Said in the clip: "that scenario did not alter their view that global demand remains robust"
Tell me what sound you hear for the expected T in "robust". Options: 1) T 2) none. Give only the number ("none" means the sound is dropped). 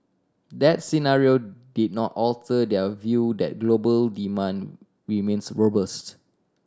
1